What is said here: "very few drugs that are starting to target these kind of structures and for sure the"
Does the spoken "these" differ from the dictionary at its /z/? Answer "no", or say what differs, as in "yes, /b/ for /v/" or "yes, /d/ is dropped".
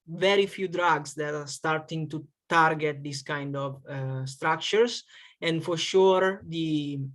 yes, /s/ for /z/